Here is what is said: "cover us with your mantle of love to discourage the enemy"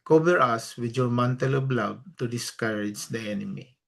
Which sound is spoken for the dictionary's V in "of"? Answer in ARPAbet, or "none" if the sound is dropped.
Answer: B